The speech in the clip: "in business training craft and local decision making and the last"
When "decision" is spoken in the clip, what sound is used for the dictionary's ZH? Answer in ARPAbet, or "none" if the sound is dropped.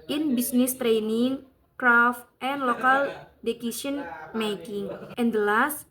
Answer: S